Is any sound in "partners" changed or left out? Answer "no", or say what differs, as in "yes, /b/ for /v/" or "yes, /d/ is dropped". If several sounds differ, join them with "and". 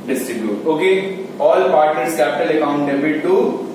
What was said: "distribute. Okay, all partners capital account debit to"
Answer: yes, /n/ is dropped